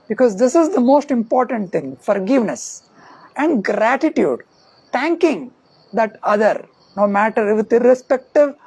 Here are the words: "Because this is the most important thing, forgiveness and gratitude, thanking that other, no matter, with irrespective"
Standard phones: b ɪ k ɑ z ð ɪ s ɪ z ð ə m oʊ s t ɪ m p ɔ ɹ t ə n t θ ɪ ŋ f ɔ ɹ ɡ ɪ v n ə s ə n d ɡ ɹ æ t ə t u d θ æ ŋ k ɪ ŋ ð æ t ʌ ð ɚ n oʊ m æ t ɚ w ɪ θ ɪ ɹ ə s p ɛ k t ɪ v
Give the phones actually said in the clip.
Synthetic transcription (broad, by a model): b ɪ k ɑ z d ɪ s ɪ z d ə m oʊ s t ɪ m p ɔ ɹ t ə n t t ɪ ŋ f ɔ ɹ ɡ ɪ v n ə s ə n d ɡ ɹ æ t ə t u d t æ ŋ k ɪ ŋ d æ t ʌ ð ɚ n oʊ m æ t ɚ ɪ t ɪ ɹ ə s p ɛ k t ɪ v